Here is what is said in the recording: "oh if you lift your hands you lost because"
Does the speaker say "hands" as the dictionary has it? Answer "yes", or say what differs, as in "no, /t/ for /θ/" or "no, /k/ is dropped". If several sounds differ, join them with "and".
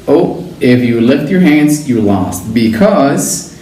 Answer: yes